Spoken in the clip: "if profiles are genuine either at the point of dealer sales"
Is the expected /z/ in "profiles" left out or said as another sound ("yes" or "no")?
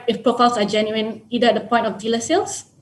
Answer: yes